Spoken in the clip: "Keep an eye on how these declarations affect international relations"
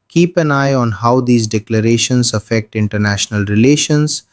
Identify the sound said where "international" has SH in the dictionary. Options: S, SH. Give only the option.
SH